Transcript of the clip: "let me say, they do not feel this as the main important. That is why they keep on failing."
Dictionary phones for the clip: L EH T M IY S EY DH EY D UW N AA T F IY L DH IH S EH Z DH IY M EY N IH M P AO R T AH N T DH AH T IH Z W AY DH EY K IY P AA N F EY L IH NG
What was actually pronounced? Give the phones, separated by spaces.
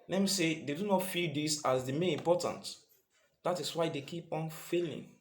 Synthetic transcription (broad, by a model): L EH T M IY S EY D EY D UW N AA T F IY L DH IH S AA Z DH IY M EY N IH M P AO T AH N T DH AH T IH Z W AY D EY K IY P AA N F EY L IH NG